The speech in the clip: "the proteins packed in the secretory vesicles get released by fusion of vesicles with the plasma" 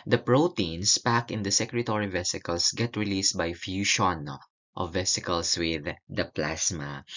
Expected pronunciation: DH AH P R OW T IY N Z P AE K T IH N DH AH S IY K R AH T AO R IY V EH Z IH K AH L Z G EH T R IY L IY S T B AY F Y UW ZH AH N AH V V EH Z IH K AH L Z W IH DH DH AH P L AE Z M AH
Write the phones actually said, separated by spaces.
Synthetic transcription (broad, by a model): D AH P R OW T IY N S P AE K IH N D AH S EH K R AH T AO R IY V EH S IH K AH L S G EH T R IY L IY S T B AY F Y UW SH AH N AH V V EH S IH K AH L S W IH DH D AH P L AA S M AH